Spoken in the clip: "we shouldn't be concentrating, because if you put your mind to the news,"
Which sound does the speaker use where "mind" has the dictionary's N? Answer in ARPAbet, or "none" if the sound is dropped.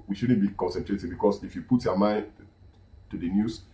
N